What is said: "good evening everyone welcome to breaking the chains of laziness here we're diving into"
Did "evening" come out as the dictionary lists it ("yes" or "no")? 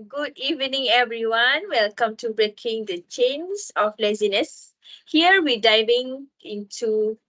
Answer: yes